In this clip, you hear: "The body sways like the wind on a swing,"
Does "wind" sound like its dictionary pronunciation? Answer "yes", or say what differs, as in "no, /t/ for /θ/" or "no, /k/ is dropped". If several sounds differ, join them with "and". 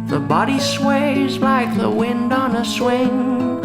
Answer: yes